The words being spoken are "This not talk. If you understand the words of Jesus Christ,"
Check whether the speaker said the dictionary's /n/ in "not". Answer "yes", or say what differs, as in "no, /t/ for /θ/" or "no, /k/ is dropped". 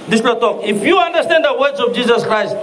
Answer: no, /l/ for /n/